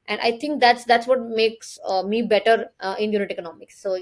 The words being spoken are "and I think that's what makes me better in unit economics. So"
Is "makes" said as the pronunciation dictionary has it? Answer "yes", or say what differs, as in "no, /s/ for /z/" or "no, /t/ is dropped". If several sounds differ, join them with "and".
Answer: yes